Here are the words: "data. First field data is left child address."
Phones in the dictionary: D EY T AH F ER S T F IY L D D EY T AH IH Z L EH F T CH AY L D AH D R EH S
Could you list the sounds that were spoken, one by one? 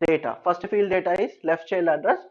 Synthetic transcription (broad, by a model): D EY T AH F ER S T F IY L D D EY T AH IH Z L EH F T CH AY L AH D R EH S